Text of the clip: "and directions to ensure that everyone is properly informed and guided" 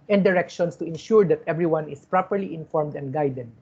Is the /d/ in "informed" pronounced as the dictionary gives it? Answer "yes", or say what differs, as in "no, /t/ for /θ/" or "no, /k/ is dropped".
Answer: yes